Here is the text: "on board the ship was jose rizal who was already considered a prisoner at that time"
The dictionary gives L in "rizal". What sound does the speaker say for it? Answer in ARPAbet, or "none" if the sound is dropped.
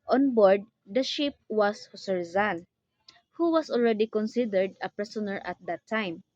N